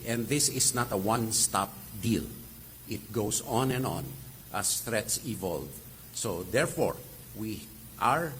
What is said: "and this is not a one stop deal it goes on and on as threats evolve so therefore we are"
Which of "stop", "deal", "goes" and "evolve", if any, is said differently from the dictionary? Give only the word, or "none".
goes